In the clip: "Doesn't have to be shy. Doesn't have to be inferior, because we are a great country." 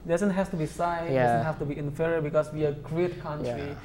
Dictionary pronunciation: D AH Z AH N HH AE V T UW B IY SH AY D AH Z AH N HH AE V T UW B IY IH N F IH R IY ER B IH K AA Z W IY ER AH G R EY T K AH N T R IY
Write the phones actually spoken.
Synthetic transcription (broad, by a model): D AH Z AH N HH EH F T UW B IY S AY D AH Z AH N HH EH F T UW B IY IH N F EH R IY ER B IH K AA S W IY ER AH G R EY T K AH N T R IY